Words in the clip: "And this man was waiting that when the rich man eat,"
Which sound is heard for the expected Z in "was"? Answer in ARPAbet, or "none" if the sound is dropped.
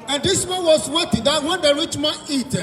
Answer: S